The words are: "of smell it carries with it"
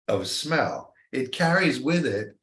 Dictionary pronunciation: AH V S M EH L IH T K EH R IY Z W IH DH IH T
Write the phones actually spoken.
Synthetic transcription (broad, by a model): AH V S M EH L IH T K EH R IY Z W IH DH IH T